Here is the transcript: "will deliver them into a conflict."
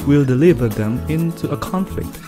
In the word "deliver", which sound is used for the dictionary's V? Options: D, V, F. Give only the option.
V